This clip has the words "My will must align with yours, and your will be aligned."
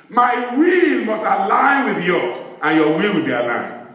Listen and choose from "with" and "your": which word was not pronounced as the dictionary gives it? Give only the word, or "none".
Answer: your